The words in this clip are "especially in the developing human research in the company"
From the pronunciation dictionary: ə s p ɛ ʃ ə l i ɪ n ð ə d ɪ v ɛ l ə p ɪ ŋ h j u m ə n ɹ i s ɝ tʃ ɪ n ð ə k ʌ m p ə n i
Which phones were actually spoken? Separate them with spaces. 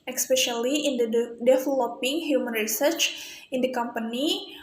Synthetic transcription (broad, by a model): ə s p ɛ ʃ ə l i ɪ n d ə d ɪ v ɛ l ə p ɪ ŋ h j u m ə n ɹ i s ɝ tʃ ɪ n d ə k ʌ m p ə n i